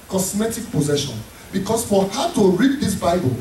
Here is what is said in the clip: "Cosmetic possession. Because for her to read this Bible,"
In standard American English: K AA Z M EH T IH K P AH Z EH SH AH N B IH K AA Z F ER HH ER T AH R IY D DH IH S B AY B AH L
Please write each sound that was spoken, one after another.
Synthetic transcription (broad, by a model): K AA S M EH T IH K P AH Z EH SH AH N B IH K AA S F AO HH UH T AH R IY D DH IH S B AY B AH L